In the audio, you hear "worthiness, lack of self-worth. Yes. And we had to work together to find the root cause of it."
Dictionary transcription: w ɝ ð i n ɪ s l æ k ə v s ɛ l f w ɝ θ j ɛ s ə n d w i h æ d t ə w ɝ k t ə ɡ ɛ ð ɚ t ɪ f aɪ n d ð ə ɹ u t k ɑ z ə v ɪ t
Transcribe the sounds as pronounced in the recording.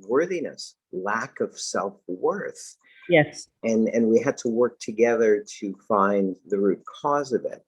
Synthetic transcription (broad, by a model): w ɝ ð i n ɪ s l æ k ə v s ɛ l f w ɝ θ j ɛ s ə n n w i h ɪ d t ə w ɝ k t ə ɡ ɛ ð ɚ t ɪ f aɪ n ð ə ɹ u t k ɑ z ə v ɪ t